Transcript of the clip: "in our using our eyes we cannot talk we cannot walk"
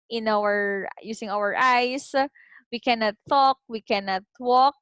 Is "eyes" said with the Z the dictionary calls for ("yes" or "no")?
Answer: no